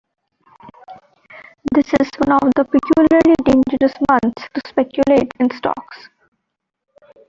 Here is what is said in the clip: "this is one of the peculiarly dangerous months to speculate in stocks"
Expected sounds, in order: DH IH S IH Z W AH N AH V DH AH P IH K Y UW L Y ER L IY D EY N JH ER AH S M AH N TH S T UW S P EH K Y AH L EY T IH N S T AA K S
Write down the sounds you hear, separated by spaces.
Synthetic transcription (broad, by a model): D IH S IH Z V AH N AH V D AH P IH K Y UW L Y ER L IY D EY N JH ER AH S M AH N T S T UW S P EH K Y AH L EY T IH N S T AA K S